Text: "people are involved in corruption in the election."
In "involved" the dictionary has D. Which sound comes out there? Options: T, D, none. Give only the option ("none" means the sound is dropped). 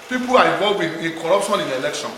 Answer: none